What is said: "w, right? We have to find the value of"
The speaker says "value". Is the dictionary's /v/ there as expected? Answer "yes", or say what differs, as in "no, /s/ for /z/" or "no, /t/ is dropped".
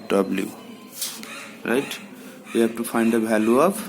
no, /b/ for /v/